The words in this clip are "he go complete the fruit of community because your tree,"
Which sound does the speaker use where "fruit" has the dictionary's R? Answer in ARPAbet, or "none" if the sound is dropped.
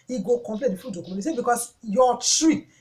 none